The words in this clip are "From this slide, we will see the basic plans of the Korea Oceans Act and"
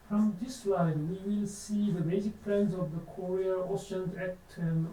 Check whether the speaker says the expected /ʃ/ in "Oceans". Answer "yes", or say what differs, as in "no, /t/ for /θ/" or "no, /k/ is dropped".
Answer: no, /s/ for /ʃ/